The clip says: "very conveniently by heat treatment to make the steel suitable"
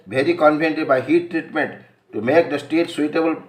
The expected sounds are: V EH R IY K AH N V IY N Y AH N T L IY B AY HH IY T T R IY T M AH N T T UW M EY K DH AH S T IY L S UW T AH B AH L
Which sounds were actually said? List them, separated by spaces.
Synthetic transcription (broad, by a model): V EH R IY K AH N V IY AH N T IY B AY HH IY T T R IY T M AH N T T UW M EY K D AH S T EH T S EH T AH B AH L